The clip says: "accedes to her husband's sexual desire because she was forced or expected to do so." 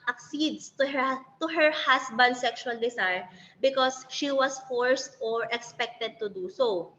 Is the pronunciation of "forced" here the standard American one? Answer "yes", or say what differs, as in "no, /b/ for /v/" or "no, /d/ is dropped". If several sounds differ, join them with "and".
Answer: yes